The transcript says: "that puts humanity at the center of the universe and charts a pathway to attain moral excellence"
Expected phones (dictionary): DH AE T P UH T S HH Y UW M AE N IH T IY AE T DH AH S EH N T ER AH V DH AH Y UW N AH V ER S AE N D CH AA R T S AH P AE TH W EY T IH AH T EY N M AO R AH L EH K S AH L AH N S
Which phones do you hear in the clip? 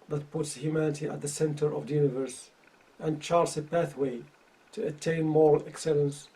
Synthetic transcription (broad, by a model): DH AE T P UH T S HH Y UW M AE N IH T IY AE T DH AH S EH N T ER AH V DH AH Y UW N AH V ER S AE N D CH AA R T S AH P AE TH W EY T IH AH T EY N M AO R AH L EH K S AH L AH N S